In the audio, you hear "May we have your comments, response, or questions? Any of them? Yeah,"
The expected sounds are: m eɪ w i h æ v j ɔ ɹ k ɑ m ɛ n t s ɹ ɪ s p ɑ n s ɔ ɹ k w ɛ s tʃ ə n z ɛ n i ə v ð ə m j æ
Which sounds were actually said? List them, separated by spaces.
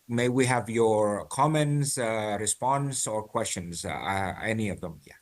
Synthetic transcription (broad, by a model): m eɪ w i h æ v j ɔ ɹ k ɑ m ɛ n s ɹ ɪ s p ɑ n s ɔ ɹ k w ɛ s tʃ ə n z ɛ n i ə v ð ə m j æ